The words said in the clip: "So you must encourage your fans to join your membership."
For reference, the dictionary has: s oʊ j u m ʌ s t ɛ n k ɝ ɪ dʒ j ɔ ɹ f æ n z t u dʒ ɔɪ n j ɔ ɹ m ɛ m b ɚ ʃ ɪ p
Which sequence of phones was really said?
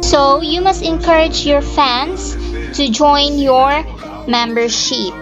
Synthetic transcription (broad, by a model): s oʊ j u m ʌ s t ɛ n k ɝ ɪ dʒ j ɔ ɹ f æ n s t u dʒ ɔɪ n j ɔ ɹ m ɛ m b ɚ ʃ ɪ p